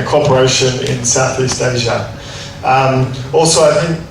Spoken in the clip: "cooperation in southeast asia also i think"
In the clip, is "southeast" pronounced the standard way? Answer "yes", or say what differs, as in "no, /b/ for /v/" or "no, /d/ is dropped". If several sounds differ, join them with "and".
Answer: yes